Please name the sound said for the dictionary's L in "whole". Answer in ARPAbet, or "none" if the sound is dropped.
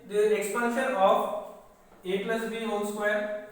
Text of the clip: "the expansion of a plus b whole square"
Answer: N